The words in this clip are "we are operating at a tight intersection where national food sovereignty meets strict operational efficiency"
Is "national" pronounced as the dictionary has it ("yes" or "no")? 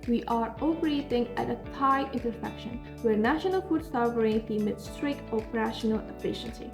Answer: yes